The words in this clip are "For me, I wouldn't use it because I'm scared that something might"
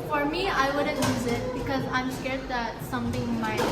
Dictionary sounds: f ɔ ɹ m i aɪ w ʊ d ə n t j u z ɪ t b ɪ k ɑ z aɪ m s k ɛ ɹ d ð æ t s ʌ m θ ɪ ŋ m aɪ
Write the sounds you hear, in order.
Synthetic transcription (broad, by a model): f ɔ ɹ m i aɪ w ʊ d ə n j u z ɪ t b ɪ k ɑ z aɪ m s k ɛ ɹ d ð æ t s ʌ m t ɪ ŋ m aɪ